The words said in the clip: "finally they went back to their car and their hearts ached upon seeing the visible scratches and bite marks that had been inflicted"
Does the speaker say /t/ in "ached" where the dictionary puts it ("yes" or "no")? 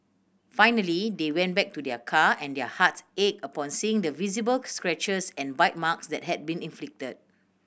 no